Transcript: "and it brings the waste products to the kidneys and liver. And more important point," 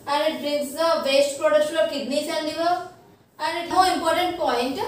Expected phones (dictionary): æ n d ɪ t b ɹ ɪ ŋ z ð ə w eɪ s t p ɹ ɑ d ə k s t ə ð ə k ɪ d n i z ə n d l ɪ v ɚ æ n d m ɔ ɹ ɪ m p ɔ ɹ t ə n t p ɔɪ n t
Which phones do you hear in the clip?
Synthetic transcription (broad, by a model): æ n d ɪ t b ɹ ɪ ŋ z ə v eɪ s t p ɹ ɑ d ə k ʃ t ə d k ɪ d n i s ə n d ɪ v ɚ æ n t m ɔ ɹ ɪ m p ɔ ɹ t ə n t p ɔɪ n t